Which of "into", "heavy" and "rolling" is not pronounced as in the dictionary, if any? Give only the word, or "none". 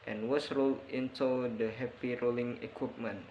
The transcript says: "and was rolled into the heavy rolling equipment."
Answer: heavy